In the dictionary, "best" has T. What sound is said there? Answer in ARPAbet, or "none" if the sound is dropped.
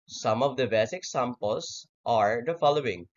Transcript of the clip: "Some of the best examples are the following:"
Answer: none